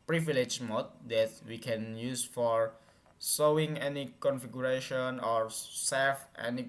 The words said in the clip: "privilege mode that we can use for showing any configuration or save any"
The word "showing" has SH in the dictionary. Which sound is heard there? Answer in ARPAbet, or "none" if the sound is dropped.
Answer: S